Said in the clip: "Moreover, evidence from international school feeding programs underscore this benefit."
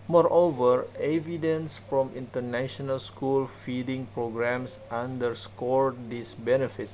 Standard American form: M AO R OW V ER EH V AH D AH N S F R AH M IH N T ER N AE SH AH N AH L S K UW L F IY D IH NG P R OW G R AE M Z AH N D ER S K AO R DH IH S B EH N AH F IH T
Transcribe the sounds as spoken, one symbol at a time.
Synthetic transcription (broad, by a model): M AO R OW V ER EH V AH D AH N S F R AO M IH N T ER N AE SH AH N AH L S K UW L F IY D IH NG P R OW G R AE M S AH N D ER S K AO R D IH S B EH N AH F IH T